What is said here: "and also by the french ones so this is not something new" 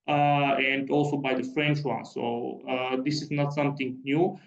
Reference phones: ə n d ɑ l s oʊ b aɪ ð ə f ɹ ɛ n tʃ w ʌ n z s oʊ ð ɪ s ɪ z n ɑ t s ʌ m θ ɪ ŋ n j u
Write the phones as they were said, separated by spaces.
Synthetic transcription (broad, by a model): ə n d ɑ l s oʊ b aɪ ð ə f ɹ ɛ n tʃ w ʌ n s oʊ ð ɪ s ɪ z n ɑ t s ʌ m t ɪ ŋ n j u